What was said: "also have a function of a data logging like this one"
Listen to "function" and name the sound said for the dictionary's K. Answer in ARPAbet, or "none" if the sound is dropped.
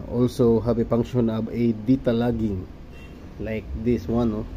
none